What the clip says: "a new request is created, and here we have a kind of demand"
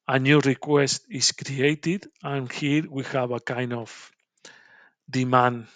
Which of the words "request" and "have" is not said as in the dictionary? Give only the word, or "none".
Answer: have